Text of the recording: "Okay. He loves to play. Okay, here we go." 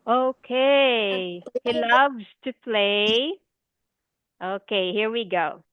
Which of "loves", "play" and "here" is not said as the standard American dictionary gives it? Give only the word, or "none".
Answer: none